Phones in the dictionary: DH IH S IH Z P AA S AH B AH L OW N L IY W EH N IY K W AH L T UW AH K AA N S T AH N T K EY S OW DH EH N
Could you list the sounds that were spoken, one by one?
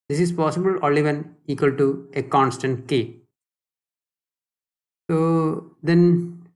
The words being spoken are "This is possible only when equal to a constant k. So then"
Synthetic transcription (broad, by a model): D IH S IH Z P AA S AH B AH L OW L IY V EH N IY K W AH L T UW AH K AA N S T AH N T K EY S OW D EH N